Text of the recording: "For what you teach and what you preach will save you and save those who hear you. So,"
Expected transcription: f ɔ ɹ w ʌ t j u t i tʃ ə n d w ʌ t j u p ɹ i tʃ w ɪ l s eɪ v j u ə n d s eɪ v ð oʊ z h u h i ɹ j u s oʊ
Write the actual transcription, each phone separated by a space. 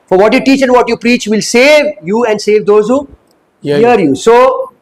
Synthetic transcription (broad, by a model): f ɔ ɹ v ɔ t j u t i tʃ ə n d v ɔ t j u p ɹ i tʃ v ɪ l s eɪ v j u ə n d s eɪ v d oʊ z h u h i ɹ j u s oʊ